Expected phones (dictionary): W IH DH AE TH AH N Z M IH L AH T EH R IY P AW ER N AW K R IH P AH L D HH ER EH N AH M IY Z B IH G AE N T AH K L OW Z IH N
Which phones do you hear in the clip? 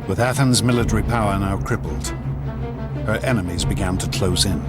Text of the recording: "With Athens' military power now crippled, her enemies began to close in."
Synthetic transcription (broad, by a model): W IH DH AE TH AH N Z M IH L AH T EH R IY P AW ER N AW K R IH P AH L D HH ER EH N AH M IY Z B IH G AE N T AH K L OW Z IH N